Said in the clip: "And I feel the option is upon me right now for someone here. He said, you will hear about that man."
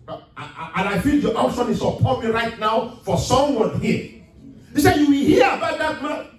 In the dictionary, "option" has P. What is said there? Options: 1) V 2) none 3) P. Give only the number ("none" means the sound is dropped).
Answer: 2